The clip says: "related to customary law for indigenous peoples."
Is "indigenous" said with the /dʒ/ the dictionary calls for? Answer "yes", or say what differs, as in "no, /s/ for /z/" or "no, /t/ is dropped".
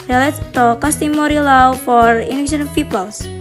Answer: no, /ʃ/ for /dʒ/